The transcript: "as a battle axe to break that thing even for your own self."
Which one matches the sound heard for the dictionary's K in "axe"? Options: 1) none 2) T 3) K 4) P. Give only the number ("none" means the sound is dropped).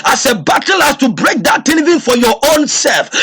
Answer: 1